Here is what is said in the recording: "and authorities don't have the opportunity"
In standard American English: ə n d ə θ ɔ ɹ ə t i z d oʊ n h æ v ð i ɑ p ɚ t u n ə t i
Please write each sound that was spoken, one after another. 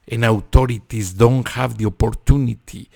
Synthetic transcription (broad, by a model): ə n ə t ɔ ɹ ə t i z d oʊ n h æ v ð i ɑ p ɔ t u n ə t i